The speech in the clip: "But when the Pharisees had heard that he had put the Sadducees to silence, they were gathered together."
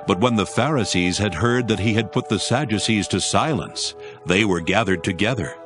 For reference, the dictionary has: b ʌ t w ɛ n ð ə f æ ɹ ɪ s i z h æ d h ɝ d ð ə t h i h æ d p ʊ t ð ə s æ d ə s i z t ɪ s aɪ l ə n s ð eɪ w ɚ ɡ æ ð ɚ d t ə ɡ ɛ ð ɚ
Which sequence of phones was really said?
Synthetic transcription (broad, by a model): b ʌ t w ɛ n ð ə f æ ɹ ɪ s i z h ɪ d h ɝ d ð ə t h i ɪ d p ʊ t ð ə s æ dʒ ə s i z t ɪ s aɪ l ə n s ð eɪ w ɚ ɡ æ ð ɚ d t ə ɡ ɛ ð ɚ